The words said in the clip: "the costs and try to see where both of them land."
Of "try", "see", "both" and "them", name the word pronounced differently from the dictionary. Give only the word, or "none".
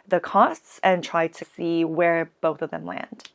none